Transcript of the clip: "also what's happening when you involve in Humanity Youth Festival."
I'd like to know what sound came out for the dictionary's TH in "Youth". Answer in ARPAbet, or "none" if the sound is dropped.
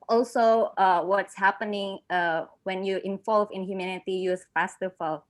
S